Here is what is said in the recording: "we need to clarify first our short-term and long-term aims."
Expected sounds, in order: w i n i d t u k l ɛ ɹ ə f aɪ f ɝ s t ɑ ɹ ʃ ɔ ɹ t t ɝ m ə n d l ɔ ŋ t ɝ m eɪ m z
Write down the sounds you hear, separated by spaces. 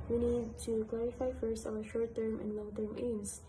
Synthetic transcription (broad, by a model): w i n i d t u k l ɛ ɹ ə f aɪ f ɝ s t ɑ w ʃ ɔ ɹ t t ɝ m ə n d l ɔ ŋ t ɝ m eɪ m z